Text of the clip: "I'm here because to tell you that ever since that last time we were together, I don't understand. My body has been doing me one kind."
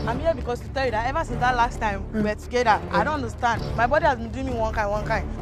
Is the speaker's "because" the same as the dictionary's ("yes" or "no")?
no